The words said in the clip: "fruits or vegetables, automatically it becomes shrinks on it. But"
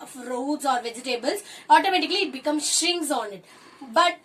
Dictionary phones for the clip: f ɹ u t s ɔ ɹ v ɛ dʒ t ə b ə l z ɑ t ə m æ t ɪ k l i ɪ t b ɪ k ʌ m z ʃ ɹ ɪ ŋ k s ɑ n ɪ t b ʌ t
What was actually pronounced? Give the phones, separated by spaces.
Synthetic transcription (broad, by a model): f ɹ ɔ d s ɔ ɹ v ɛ dʒ t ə b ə l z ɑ t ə m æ t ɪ k l i ɪ t b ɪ k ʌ m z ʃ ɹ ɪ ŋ s ɑ n ɪ t b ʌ t